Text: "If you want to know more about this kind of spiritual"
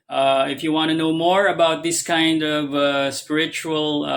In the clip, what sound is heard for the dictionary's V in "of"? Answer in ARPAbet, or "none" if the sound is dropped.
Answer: V